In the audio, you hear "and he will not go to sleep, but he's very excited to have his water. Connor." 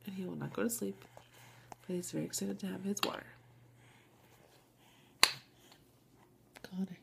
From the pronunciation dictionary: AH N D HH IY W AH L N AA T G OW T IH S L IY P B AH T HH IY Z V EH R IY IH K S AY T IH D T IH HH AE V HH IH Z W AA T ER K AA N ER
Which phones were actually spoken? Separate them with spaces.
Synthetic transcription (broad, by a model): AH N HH IY W AH L N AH T G OW T IH S L IY P B AH T HH IY Z V EH R IY IH K S AY T IH D T IH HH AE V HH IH Z W AA T ER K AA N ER